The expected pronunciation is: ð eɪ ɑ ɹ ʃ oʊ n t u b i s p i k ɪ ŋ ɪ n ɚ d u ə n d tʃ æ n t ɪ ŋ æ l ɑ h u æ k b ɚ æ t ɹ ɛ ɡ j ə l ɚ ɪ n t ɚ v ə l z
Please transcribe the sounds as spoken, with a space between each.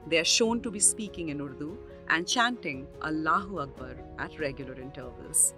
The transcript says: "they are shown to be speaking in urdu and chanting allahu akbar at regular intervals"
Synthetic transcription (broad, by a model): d eɪ ɑ ɹ ʃ oʊ n t u b i s p i k ɪ ŋ ɪ n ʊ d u ə n d tʃ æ n t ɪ ŋ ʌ l ɑ h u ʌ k b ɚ æ t ɹ ɛ ɡ j ə l ɚ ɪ n t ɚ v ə l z